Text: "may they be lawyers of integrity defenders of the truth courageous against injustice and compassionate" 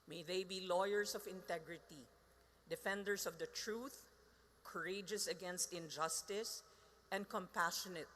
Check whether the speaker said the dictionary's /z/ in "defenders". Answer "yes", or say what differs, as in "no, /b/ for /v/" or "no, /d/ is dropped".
no, /s/ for /z/